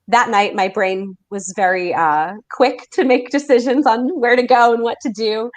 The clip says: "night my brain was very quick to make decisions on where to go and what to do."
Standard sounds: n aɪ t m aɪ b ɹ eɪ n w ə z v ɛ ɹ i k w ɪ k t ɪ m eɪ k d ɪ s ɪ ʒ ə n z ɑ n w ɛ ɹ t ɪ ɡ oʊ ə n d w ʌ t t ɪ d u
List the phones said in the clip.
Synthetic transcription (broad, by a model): n aɪ t m aɪ b ɹ eɪ n w ə z v ɛ ɹ i k w ɪ k t ɪ m eɪ k d ɪ s ɪ ʒ ə n z n w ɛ ɹ t ɪ ɡ oʊ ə n w ʌ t t ɪ d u